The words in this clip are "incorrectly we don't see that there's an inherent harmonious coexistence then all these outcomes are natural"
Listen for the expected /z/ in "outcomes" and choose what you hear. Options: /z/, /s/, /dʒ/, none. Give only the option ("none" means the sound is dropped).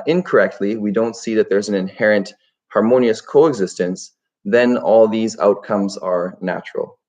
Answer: /z/